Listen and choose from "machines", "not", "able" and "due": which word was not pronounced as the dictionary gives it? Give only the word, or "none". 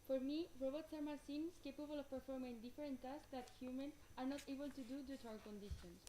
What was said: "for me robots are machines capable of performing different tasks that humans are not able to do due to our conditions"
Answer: machines